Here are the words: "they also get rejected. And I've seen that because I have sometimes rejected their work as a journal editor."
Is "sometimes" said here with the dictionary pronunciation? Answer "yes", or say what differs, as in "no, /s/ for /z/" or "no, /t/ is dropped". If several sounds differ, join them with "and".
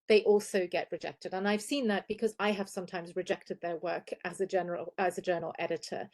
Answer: yes